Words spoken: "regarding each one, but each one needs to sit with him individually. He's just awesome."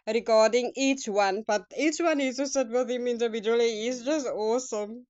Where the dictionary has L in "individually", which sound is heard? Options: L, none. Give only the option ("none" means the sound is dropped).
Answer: none